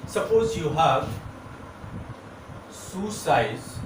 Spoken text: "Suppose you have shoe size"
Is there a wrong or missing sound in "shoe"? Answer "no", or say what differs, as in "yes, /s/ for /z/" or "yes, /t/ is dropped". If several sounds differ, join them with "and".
yes, /s/ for /ʃ/